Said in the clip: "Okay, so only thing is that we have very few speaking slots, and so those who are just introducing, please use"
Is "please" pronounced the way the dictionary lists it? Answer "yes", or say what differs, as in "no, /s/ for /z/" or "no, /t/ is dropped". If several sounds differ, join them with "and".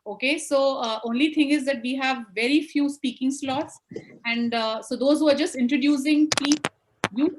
no, /z/ is dropped